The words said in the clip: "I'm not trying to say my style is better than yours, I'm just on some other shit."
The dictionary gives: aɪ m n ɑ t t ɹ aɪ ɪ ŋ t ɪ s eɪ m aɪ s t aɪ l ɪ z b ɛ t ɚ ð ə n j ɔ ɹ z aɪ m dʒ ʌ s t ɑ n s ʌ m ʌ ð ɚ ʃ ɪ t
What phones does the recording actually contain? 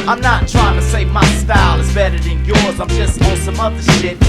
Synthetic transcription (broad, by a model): aɪ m n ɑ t t ɹ aɪ ɪ ŋ t ɪ s eɪ m aɪ s t aɪ l ɪ z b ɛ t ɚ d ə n j ɔ ɹ z aɪ m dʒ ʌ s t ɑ s ʌ m ʌ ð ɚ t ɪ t